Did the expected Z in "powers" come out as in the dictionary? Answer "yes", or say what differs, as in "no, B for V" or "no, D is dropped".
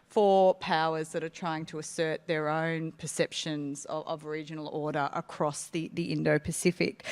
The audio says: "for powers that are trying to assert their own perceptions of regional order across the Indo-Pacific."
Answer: yes